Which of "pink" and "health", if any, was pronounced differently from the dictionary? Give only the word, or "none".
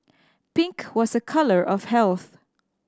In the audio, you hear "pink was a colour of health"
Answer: none